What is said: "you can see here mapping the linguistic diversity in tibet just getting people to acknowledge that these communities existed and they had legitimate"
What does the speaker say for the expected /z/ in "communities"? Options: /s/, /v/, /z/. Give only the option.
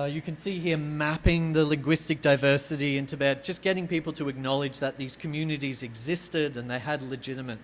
/z/